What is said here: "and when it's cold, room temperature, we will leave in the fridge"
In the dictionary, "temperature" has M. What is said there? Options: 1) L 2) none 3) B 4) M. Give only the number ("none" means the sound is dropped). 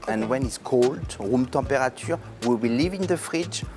2